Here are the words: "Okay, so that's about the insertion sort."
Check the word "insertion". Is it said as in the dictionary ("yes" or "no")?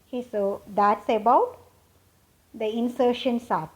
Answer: yes